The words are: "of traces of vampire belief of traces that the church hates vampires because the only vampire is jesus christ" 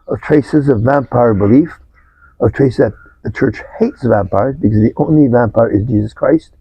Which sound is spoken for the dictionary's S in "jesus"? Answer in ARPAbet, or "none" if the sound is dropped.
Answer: S